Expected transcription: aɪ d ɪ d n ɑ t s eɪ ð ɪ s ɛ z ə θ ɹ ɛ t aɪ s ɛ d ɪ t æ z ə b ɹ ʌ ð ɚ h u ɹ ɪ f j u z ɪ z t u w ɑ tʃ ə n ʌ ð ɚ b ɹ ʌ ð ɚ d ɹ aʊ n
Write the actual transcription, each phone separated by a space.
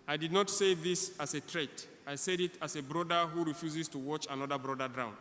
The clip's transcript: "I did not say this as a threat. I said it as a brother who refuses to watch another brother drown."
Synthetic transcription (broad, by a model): aɪ d ɪ d n ɑ t s eɪ ð ɪ s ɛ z ə t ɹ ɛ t aɪ s ɛ d ɪ t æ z ə b ɹ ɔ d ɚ h u ɹ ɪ f j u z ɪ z t u w ɑ tʃ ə n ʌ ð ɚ b ɹ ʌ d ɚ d ɹ aʊ n